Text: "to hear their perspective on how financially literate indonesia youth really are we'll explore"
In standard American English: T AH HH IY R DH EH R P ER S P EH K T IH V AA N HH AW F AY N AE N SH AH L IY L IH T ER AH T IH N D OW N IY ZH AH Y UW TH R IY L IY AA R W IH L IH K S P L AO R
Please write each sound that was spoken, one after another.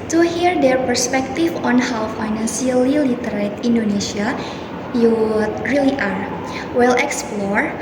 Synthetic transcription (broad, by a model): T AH HH IY R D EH R P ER S P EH K T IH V AA N HH AW F AY N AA N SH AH L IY L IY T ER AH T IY N D OW N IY S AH Y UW T R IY L IY AA R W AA L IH K S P L AO R